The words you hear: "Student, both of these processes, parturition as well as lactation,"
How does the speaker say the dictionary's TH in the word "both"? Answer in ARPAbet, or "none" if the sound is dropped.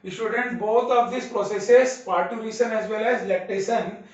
T